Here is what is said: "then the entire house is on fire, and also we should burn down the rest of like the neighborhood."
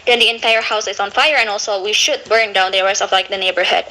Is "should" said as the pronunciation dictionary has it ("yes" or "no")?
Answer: yes